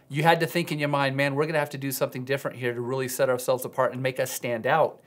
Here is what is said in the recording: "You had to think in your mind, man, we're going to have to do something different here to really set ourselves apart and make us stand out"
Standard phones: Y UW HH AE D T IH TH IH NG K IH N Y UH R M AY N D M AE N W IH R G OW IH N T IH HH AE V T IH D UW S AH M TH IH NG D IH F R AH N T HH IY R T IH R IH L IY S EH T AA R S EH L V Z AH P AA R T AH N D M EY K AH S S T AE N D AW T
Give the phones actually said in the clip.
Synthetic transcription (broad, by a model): Y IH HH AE D T IH TH IH NG K IH N Y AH R M AY N D M AE N W IH R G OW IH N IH HH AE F T IH D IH S AH M TH IH NG D IH F R AH N T HH IY R T IH R IH L IY S EH T AA R S EH L V Z AH P AA R T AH N M EY K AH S S T AE N D AW T